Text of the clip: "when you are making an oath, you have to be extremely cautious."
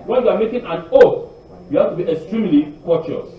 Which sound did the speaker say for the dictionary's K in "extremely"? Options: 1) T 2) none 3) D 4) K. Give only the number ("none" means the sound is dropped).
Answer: 4